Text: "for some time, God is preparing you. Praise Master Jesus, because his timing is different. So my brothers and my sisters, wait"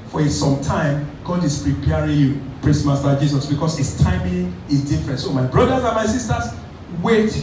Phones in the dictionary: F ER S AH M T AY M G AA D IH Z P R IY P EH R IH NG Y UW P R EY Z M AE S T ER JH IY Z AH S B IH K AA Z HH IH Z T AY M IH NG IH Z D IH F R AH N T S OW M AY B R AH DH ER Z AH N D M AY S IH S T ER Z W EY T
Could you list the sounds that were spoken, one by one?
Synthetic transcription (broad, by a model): F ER S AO M T AY M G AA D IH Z P R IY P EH R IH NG Y UW P R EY S M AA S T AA JH IY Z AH S B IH K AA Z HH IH S T AY M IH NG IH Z D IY F R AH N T S OW M AY B R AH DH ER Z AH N M AY S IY S T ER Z W EY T